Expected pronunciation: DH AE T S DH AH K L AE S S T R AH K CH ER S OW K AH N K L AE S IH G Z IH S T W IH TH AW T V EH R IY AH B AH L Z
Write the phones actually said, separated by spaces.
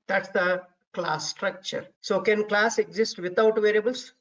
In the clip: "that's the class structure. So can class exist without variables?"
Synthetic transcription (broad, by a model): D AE T S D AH K L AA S S T R AH K CH ER S OW K AH N K L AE S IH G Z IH S T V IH T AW T V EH R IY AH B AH L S